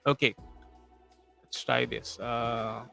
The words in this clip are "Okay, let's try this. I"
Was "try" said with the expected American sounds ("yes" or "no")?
no